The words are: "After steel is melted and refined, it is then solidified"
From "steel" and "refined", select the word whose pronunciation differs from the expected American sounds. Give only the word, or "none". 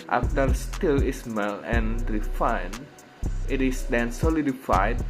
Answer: refined